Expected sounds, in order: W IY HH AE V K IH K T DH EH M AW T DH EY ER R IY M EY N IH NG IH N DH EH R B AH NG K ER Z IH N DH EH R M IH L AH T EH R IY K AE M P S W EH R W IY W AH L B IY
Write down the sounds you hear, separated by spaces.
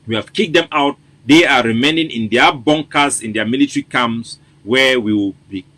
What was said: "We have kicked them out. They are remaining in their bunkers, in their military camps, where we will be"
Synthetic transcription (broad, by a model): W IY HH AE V K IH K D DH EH M AW T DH EY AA R IY M EY N IH NG IH N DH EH B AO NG K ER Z IH N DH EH M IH L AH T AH R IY K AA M S W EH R W IY W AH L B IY